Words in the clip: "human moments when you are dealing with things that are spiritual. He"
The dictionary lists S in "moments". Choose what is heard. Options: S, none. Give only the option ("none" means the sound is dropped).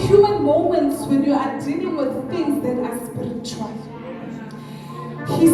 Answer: S